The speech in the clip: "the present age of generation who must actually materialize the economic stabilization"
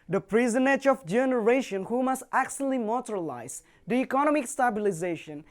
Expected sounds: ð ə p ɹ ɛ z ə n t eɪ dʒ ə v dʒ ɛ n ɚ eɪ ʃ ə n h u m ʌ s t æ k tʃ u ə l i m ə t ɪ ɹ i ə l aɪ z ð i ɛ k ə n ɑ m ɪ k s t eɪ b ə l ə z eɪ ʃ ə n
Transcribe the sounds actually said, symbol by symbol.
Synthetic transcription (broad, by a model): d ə p ɹ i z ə n eɪ dʒ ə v dʒ ɛ n ɚ eɪ ʃ ə n h u m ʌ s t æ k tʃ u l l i m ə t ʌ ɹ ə l aɪ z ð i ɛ k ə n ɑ m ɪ k s t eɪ b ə l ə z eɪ ʃ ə n